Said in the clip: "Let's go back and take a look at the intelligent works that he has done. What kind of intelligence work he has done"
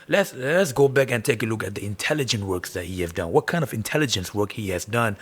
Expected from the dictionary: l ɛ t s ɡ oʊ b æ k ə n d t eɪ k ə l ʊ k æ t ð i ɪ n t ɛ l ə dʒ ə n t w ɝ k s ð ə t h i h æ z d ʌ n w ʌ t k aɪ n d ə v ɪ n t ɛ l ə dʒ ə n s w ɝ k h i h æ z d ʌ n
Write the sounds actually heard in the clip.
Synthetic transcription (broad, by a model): l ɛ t s ɡ oʊ b æ k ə n t eɪ k ə l ʊ k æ t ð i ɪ n t ɛ l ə dʒ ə n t w ɝ k s ð ə t h i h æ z d ʌ n w ʌ t k aɪ n d ə v ɪ n t ɛ l ə dʒ ə n s w ɝ k h i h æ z d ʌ n